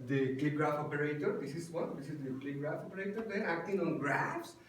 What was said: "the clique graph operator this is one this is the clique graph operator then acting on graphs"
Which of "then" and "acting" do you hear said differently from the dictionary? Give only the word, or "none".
then